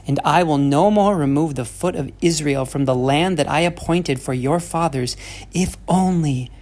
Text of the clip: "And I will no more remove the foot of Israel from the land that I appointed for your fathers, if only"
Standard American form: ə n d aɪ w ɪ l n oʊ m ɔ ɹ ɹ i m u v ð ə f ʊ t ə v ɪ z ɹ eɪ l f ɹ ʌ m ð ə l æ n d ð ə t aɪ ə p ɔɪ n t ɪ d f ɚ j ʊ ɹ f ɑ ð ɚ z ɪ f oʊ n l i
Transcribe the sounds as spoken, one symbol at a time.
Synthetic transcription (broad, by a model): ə n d aɪ w ɪ l n oʊ m ɔ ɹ ɹ i m u v ð ə f ʊ t ə v ɪ z ɹ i l f ɹ ʌ m ð ə l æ n ð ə t aɪ ə p ɔɪ n t ɪ d f ɚ j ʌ ɹ f ɑ ð ɚ z ɪ f oʊ n l i